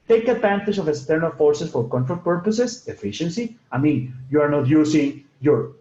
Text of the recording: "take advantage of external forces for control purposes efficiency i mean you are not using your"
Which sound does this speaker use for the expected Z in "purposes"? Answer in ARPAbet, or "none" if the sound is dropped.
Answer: S